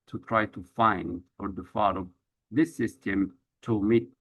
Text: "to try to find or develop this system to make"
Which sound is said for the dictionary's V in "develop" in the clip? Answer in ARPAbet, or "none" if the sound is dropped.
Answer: F